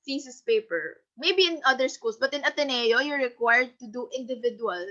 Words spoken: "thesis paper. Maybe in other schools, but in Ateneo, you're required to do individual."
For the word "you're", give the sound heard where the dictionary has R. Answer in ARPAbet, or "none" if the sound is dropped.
R